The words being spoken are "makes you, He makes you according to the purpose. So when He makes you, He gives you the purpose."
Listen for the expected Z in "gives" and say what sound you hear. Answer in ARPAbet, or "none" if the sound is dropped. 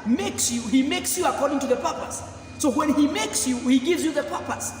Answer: Z